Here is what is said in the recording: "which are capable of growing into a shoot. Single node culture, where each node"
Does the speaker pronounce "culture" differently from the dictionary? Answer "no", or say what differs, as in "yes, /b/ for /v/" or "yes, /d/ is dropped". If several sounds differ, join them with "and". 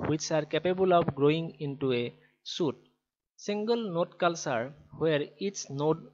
yes, /s/ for /tʃ/